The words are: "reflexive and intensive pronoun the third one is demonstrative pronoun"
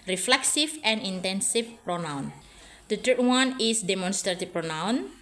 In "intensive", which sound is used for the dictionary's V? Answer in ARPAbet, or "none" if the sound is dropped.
F